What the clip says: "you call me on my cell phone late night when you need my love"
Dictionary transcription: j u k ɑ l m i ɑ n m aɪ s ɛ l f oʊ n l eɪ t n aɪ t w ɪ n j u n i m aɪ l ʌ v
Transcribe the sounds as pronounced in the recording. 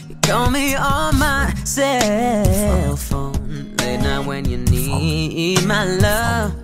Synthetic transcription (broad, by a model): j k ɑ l m i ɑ l m aɪ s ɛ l f oʊ n l eɪ t n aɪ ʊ w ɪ n j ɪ n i m aɪ l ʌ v